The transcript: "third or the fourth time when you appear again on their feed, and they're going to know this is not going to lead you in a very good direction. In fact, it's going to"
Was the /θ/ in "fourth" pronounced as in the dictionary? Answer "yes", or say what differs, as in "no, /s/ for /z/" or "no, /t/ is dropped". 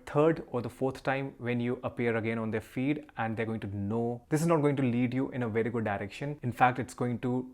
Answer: no, /t/ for /θ/